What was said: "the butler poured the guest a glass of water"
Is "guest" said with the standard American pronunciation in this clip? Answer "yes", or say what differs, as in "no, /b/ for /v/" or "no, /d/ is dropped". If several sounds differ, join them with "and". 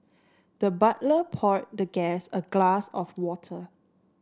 no, /t/ is dropped